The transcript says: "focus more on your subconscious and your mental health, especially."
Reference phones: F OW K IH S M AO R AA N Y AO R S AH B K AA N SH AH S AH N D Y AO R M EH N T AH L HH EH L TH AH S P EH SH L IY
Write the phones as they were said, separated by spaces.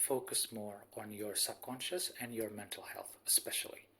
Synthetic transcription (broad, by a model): F OW K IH S M AO R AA N Y AO R S AH B K AA N SH AH S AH N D Y AO R M EH N T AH L HH EH L TH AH S P EH SH L IY